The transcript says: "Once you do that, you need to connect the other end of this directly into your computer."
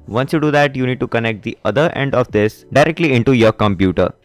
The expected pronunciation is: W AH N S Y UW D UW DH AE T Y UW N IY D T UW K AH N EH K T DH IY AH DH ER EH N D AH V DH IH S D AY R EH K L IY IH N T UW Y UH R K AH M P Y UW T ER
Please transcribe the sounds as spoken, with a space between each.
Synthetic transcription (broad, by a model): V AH N S Y UW D UW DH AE T Y UW N IY D T UW K AH N EH K T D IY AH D ER EH N D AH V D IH S D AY R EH K L IY IH N T UW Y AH R K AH M P Y UW T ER